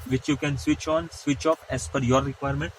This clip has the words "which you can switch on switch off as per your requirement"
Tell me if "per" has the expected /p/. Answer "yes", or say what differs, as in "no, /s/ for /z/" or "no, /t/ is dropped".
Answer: no, /f/ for /p/